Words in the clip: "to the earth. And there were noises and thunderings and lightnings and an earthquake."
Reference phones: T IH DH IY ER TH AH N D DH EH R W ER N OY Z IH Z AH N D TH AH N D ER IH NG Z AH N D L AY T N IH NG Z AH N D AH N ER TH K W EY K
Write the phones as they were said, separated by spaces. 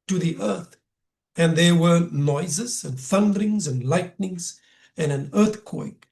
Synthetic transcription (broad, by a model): T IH DH IY ER TH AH N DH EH R W ER N OY Z IH Z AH N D TH AH N D ER IH NG Z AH N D L AY T N IH NG Z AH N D AH N ER TH K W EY K